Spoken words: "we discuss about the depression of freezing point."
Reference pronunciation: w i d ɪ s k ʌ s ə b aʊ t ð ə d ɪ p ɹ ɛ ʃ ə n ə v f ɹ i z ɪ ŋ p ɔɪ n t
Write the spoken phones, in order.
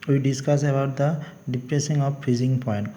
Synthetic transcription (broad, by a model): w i d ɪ s k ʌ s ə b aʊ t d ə d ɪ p ɹ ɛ s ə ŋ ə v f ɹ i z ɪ ŋ p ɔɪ n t